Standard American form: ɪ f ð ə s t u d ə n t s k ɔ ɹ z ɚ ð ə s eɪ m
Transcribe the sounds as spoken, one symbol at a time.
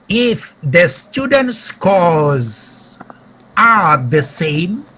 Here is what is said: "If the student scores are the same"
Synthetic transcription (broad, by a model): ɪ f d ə s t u d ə n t s k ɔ l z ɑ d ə s eɪ m